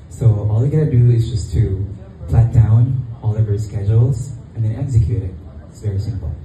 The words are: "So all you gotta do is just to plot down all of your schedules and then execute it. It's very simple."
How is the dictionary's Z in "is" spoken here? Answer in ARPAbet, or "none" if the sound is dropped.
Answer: Z